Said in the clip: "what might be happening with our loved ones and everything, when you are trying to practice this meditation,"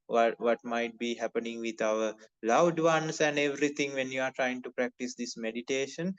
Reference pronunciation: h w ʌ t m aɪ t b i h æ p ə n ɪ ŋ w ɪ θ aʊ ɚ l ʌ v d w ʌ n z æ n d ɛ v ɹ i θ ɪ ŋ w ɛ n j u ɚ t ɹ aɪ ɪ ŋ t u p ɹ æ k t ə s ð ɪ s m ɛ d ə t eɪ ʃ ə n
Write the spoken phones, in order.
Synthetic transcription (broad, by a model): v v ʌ t m aɪ t b i h æ p ə n ɪ ŋ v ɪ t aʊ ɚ l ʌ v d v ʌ n s æ n d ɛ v ɹ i t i ŋ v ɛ n j u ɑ t ɹ aɪ ɪ ŋ t u p ɹ æ k t ə s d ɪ s m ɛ d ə t eɪ ʃ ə n